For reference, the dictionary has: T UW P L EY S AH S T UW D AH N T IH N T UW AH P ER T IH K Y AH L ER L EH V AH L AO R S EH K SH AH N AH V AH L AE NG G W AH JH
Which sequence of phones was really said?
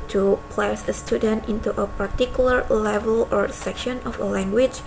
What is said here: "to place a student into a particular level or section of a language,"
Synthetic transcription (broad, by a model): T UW P L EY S AH S T UW D AH N T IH N T UW AH P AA T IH K Y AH L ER L EH V AH L AO R S EH K SH AH N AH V AH L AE NG G W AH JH